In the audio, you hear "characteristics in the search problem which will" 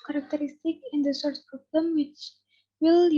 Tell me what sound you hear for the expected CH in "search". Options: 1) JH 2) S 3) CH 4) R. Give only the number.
2